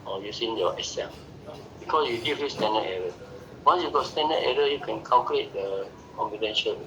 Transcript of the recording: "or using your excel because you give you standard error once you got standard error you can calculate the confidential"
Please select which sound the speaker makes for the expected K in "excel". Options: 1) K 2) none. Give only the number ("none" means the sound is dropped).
2